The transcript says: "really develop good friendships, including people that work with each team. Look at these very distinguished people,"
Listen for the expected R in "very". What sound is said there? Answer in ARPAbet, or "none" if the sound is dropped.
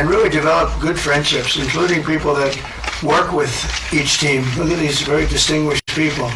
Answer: R